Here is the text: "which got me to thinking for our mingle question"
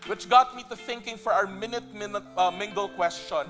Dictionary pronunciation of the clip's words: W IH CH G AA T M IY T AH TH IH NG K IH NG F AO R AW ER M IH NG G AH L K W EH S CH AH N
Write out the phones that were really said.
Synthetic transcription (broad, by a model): W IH CH G AA T M IY T AH TH IH NG K IH NG F AO R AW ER M IH NG G AH L K W EH S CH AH N